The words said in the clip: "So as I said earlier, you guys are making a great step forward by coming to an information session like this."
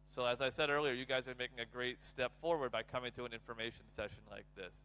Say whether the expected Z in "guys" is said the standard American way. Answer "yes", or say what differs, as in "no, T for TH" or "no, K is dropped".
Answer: yes